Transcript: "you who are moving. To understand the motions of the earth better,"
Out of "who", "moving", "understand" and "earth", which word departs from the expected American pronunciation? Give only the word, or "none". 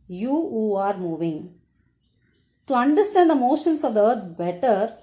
earth